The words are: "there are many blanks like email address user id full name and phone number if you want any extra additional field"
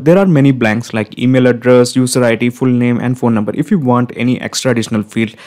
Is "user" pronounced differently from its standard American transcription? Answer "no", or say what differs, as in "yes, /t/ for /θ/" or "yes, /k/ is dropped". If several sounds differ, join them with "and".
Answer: yes, /s/ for /z/